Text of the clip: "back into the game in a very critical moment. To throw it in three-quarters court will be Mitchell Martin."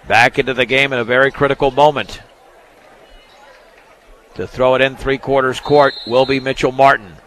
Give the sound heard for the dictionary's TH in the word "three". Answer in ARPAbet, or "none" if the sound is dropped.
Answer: TH